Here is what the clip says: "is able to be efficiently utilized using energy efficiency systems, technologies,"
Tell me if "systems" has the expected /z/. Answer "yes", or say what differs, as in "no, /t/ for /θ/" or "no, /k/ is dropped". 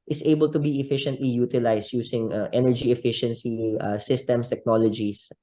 no, /z/ is dropped